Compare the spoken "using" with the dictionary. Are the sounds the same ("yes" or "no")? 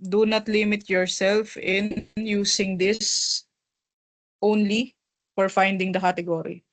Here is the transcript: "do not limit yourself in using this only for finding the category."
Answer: no